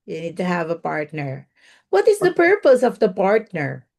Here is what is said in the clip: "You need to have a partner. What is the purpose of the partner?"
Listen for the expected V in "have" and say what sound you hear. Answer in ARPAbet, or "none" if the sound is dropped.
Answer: V